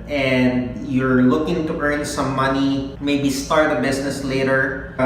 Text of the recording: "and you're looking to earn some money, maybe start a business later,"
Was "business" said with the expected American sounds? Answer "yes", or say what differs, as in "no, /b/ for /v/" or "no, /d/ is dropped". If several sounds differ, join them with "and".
no, /s/ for /z/